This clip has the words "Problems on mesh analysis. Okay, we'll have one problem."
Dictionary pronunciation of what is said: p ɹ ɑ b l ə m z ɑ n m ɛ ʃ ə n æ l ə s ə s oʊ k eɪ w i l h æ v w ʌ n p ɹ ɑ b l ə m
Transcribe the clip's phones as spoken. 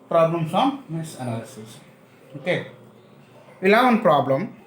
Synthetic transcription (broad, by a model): p ɹ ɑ b l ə m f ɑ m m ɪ s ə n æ l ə s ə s oʊ k eɪ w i l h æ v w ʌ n p ɹ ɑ b l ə m